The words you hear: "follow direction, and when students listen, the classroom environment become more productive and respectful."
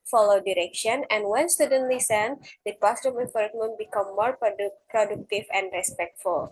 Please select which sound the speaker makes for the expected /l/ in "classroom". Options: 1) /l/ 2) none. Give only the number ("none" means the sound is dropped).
2